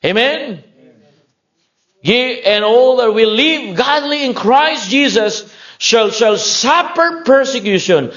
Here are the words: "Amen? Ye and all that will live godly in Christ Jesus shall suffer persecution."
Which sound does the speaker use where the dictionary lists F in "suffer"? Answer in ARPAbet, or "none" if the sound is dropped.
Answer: P